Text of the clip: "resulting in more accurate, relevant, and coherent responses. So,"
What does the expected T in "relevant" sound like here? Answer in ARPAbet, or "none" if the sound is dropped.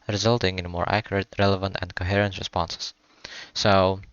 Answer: T